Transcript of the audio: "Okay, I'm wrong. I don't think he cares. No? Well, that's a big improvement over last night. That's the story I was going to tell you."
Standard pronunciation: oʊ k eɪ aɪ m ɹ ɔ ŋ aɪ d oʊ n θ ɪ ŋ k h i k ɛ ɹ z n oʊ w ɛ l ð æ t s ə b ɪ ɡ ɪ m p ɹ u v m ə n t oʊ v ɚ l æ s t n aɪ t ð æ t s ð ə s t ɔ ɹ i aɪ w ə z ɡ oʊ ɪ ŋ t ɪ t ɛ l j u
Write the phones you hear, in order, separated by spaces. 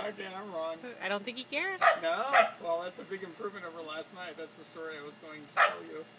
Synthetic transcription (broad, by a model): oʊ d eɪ aɪ m ɹ ɔ ŋ aɪ d oʊ n θ ɪ ŋ k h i k ɛ ɹ z n oʊ w ɛ l ð æ t s ə b ɪ ɡ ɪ m p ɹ u v m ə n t oʊ v ɚ l æ s t n aɪ t ð æ t s ð ə s t ɔ ɹ i aɪ w ə z ɡ oʊ ɪ ŋ t ɪ t ɛ l j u